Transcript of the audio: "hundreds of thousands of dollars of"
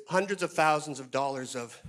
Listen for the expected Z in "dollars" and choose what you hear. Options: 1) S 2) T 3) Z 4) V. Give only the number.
3